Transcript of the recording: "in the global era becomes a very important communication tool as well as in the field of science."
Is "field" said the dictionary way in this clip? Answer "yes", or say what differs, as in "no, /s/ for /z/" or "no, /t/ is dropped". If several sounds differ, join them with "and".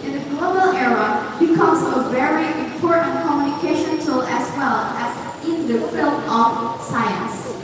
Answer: no, /d/ is dropped